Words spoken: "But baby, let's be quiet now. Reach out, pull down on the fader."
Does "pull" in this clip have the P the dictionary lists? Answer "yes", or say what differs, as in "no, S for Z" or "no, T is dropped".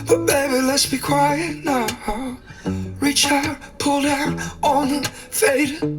yes